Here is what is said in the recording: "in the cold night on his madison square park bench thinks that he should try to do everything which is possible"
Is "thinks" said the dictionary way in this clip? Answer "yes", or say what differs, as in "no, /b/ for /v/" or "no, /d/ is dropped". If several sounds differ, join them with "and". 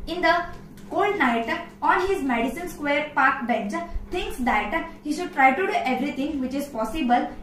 no, /t/ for /θ/